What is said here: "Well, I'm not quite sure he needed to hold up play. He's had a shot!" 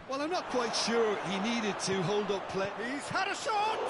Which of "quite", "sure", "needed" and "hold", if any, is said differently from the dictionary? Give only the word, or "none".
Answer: none